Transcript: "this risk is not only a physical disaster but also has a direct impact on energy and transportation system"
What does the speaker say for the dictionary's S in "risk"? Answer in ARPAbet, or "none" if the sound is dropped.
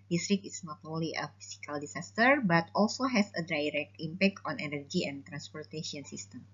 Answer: none